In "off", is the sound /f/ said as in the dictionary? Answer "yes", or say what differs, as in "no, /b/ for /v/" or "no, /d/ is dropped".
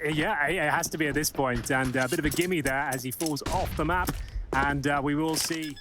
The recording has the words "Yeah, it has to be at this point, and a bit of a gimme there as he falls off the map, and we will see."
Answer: yes